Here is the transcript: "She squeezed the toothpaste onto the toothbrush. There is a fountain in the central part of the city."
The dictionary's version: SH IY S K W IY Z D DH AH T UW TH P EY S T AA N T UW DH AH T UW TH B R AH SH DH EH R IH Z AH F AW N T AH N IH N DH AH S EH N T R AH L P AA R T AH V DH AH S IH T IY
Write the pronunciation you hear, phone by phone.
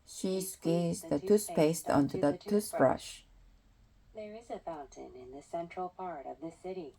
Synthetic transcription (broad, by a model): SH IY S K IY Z DH AH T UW S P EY S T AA N T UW DH AH T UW S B R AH SH DH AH R IH Z AH F AW N T AH N IH N DH AH S EH N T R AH L P AA R T AH V DH AH S IH T IY